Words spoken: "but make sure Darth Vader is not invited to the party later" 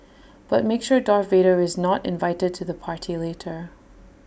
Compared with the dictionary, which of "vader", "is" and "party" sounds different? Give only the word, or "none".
none